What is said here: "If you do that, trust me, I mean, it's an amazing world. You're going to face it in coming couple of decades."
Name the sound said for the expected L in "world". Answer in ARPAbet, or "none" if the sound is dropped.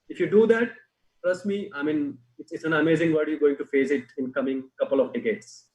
none